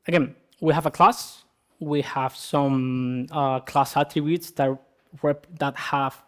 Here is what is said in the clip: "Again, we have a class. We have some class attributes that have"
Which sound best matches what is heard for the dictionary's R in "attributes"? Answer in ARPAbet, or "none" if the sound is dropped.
none